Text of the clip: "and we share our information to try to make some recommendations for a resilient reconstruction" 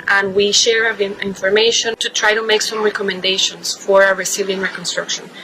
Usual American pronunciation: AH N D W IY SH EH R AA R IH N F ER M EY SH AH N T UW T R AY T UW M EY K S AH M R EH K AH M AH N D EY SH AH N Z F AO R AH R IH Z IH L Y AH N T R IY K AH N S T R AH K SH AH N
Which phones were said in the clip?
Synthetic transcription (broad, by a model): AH N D W IY SH EH R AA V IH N F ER M EY SH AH N T UW T R AY T UW M EY K S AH M R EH K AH M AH N D EY SH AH N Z F AO R AH R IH S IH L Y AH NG R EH K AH N S T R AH K SH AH N